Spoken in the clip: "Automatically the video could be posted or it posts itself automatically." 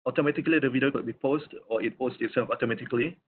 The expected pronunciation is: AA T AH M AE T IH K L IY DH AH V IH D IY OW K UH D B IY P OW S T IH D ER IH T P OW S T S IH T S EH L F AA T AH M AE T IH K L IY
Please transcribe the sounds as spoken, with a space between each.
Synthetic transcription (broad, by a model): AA T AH M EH T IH K L IY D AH V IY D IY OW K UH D B IY P OW S T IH IH T P OW S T IH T S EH F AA T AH M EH T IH K L IY